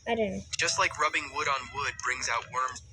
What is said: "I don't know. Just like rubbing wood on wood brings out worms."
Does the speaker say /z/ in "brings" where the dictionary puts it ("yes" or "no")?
yes